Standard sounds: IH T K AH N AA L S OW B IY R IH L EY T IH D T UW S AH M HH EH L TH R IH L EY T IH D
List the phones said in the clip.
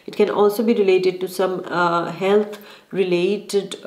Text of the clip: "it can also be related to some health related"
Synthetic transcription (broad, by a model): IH T K AH N AA L S OW B IY R IH L EY T IH D T UW S AH M HH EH L T R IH L EY T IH D